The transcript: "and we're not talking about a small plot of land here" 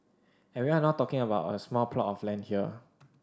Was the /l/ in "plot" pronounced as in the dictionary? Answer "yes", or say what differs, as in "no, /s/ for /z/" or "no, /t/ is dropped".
yes